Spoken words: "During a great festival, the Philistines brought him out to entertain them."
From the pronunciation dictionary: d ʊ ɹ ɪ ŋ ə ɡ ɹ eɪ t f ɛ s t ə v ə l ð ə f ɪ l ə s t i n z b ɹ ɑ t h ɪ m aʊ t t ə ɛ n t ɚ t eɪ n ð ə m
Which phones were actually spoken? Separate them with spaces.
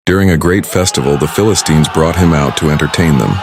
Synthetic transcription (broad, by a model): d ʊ ɹ ɪ ŋ ə ɡ ɹ eɪ t f ɛ s t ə v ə l ð ə f ɪ l ə s t i n z b ɹ ɑ t h ɪ m aʊ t t ə ɛ n t ɚ t eɪ n ð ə m